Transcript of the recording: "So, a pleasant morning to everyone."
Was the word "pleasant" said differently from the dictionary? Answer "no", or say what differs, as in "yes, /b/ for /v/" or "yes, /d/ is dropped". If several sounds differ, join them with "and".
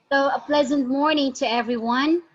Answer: no